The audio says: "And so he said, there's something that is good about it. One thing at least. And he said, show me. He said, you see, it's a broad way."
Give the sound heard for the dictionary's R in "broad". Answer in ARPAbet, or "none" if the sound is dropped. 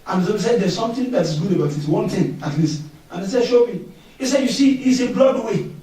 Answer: L